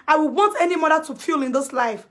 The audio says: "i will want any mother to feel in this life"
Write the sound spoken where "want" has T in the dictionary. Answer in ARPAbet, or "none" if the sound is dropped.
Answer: T